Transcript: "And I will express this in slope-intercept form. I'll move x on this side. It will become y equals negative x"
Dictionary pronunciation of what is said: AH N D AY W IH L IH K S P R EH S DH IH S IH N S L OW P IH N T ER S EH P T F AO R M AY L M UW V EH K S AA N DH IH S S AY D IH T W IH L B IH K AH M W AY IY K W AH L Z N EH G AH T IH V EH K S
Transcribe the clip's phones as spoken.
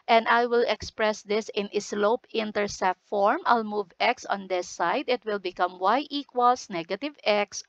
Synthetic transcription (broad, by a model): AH N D AY W IH L IH K S P R EH S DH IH S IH N S L OW P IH N T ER S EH T F AO R M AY L M UW V EH K S AA N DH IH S S AY D IH T W IH L B IH K AH M W AY IY K W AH L S N EH G AH T IH V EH K S